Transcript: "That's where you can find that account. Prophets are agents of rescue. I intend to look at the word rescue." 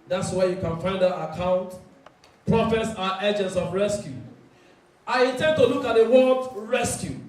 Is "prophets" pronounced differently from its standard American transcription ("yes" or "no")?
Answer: no